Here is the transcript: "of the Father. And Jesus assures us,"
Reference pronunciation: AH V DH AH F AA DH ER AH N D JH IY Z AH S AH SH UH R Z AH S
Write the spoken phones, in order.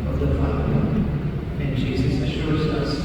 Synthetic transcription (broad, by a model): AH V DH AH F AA ER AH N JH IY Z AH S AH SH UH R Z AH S